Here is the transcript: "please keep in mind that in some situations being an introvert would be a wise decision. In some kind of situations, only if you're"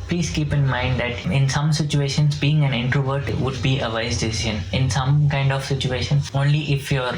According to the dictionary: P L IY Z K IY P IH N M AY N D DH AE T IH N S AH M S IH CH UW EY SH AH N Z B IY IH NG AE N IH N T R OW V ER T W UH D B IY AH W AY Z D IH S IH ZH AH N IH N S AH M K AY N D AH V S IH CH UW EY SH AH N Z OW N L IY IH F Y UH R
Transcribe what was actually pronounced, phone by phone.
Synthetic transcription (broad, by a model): P L IY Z K IY P IH N M AY N D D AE T IH N S AH M S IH CH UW EY SH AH N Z B IY IH NG AE N IH N T R OW V ER T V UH D B IY AH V AY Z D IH S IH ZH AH N IH N S AH M K AY N D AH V S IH CH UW EY SH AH N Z OW N L IY IH F Y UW R